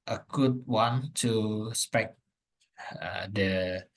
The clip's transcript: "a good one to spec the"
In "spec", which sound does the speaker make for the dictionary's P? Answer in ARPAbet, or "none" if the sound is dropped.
P